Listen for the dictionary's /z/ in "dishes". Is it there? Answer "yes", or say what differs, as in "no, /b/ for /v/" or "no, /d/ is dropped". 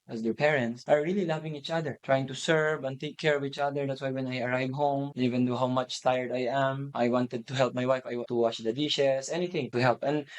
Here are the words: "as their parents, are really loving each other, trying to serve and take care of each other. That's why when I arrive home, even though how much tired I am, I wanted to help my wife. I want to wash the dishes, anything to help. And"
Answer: no, /s/ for /z/